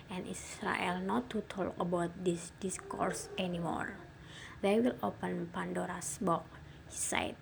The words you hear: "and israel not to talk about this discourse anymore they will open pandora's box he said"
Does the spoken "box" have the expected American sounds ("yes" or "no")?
no